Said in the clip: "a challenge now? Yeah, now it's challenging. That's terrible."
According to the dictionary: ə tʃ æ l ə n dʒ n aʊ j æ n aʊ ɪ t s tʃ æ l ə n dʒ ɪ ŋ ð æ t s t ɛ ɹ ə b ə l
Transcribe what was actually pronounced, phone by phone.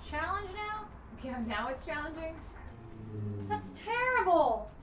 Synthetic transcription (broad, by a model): tʃ æ l ə n dʒ n aʊ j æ n aʊ ɪ t s tʃ æ l ə n dʒ ɪ ŋ ð æ t s t ɛ ɹ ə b l